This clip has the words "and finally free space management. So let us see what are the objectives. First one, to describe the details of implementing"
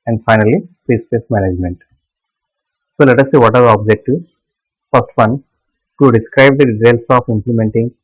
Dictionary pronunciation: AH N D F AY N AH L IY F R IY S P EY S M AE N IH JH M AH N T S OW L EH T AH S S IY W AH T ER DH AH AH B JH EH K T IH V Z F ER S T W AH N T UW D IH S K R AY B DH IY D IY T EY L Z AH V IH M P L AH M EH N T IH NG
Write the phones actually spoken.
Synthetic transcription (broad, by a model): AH N D F AY N AH L IY P R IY S P EY S M AE N IH JH M AH N T S OW L EH T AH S S IY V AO T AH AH B JH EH K T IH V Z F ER S T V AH N T UW D IH S K R AY B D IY D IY T EY L S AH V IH M P L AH M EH N T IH NG